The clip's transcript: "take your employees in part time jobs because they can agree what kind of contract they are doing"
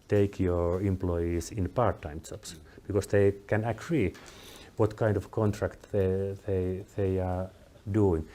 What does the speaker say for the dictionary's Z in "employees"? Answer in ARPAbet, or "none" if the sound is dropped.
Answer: S